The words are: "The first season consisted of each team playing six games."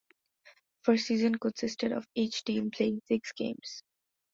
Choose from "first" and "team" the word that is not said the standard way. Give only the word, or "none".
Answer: first